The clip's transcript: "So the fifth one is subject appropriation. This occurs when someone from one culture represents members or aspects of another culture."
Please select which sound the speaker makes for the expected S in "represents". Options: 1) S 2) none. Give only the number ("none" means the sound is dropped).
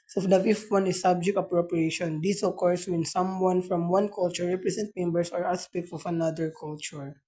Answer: 2